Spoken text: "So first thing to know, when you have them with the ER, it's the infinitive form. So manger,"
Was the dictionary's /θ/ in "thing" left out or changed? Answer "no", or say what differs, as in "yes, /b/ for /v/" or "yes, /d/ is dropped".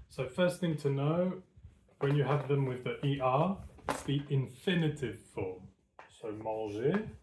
no